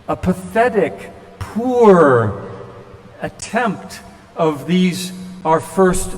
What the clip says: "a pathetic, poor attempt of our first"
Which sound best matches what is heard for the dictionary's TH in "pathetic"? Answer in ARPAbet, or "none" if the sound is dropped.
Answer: TH